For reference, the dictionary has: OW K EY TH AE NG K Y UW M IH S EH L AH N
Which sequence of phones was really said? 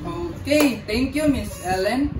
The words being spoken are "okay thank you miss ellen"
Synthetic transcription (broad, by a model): OW K EY T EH NG K Y UW M IH S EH L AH N